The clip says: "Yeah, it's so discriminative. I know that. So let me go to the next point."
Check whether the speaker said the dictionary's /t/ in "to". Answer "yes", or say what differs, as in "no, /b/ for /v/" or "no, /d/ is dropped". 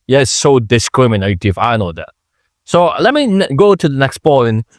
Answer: yes